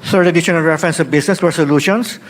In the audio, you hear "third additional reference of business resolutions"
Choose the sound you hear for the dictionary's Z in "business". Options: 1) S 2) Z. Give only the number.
1